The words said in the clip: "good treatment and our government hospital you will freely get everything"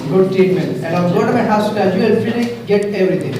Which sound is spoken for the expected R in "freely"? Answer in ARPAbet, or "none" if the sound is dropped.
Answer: none